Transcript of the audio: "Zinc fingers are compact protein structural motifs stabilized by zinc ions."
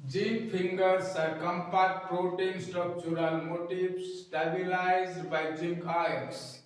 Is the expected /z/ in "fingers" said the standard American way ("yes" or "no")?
no